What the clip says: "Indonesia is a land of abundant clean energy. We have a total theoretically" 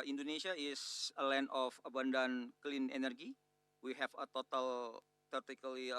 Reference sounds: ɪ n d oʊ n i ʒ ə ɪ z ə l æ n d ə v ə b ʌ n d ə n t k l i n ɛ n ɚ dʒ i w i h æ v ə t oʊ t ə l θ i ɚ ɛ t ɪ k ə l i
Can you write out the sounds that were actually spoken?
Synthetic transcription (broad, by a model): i n d oʊ n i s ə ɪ s ə l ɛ n ə f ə b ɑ n d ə n k l i n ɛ n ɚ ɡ i w i h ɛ f ə t oʊ t ə l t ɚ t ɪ k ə l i